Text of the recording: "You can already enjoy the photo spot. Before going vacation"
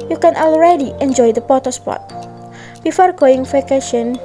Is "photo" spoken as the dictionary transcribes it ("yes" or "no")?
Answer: no